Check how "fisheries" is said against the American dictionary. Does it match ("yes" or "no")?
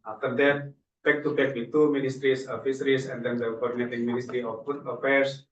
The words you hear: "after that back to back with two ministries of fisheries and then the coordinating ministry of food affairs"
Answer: no